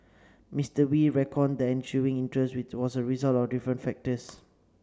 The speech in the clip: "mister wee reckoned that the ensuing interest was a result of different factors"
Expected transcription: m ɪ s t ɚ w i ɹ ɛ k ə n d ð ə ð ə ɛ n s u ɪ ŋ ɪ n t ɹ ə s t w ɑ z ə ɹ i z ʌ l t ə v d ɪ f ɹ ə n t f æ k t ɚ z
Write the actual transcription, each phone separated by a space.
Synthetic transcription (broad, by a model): m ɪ s t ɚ w i ɹ ɛ k ə n d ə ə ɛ n ʃ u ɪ ŋ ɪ n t ɹ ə s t w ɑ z ə ɹ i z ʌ l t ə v d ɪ f ɹ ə n t f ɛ k t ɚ s